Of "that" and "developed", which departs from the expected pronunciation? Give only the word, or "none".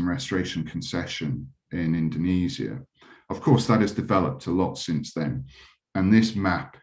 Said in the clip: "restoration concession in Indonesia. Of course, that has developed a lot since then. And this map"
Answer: none